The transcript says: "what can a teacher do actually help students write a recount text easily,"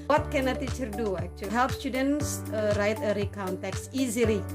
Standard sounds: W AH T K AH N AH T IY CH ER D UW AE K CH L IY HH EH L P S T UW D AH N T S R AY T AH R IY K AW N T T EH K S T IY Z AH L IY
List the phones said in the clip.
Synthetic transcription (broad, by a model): W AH T K AH N AH T IY CH ER D UW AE K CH IY HH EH L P S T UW D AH N S R AY T AH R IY K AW N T T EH K S IY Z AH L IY